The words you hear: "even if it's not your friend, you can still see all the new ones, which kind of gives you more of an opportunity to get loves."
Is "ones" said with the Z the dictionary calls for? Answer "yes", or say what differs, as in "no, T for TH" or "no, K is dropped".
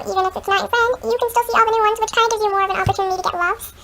yes